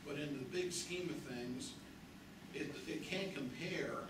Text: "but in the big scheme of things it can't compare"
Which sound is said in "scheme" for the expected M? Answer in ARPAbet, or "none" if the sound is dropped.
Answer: M